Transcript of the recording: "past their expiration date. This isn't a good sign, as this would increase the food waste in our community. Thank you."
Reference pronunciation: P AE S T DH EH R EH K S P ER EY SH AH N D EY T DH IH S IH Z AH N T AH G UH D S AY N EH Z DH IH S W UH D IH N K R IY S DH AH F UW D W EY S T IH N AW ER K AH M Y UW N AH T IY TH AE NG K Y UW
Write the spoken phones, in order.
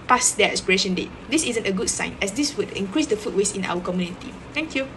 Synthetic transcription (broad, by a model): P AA S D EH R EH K S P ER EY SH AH N D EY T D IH S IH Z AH N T AH G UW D S AY N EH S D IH S W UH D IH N K R IY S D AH F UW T W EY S IH N AW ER K AH M Y UW N AH T IY T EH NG K Y UW